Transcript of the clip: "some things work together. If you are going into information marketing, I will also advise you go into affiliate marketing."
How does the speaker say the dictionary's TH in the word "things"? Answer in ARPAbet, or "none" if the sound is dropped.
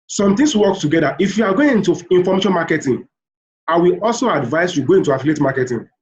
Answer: T